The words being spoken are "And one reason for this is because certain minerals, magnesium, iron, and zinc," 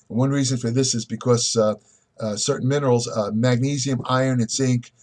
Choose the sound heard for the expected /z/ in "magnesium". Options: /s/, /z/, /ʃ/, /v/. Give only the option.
/z/